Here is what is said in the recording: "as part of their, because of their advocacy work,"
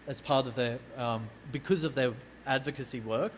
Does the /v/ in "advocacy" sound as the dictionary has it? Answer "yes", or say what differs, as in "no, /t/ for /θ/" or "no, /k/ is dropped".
yes